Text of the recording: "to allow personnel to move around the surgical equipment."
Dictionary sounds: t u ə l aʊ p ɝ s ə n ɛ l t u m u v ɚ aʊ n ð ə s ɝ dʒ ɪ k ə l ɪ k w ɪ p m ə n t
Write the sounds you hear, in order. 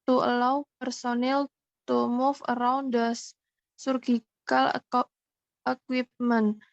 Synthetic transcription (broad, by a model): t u ə l aʊ p ɝ s ə n ɛ l t u m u f ɚ aʊ n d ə s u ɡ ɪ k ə l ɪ k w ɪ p m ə n